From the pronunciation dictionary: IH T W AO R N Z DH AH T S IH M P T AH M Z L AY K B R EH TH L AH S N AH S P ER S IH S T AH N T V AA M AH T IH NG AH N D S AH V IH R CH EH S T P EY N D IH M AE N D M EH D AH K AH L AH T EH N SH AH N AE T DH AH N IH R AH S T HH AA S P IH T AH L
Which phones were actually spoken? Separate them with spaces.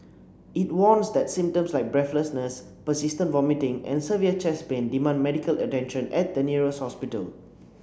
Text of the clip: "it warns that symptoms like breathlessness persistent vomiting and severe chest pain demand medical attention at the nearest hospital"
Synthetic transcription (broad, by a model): IH T W AO N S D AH T S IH M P T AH M S L AY K B R EH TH L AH S N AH S P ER S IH S T AH N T V AA M AH T IH NG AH N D S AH V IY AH CH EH S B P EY N D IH M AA N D M EH D AH K AH L AH T EH N SH AH N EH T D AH N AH R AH S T HH AA S P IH T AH L